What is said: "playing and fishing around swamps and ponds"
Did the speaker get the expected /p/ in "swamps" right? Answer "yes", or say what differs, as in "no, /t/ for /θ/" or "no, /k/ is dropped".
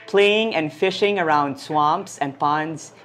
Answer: yes